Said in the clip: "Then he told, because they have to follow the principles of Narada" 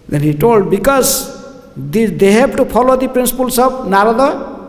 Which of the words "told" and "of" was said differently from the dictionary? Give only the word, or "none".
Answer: of